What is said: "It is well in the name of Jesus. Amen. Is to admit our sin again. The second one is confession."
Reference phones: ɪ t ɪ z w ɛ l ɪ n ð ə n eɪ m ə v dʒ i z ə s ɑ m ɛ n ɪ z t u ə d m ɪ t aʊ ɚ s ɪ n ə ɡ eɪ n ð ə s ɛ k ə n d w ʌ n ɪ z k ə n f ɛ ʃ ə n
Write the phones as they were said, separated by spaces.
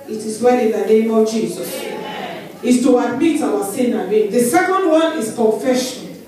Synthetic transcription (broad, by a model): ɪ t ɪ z w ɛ n ɪ n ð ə n eɪ m ə v dʒ i z ə s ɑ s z t u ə d m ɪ t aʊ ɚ s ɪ n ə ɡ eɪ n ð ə s ɛ k ə n d w ʌ n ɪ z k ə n f ɛ ʃ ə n